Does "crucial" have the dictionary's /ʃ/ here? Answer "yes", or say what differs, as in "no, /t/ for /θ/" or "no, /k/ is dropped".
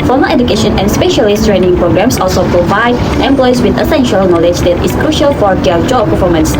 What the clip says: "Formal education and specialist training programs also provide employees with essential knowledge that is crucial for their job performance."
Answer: yes